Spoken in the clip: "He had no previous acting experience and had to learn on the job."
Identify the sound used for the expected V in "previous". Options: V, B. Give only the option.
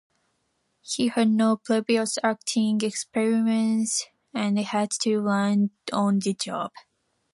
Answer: B